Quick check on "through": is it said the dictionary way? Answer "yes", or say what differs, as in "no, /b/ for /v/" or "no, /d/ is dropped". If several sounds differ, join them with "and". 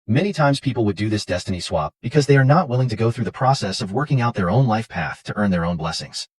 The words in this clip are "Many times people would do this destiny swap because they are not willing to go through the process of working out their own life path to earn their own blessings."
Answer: yes